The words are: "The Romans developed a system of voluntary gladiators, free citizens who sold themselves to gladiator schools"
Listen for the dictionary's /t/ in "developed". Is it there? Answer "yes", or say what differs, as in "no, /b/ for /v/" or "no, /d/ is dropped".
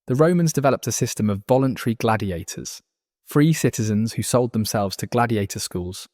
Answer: yes